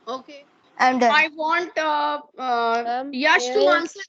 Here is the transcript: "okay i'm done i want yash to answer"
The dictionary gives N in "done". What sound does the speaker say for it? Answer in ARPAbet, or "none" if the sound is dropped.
none